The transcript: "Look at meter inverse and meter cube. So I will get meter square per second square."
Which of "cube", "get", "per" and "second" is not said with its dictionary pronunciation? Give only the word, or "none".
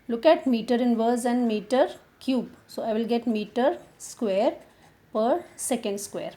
none